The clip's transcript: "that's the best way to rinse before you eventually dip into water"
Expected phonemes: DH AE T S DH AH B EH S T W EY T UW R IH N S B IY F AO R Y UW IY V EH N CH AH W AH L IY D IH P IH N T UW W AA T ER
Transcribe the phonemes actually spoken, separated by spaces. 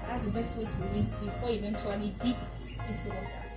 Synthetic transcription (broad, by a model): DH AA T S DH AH B EH S T W EY T UW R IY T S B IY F AO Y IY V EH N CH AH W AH L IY D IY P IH T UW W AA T